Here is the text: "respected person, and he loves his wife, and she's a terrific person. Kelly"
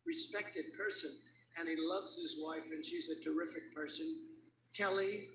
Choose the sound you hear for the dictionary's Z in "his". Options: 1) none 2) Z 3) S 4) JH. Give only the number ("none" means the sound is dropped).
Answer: 2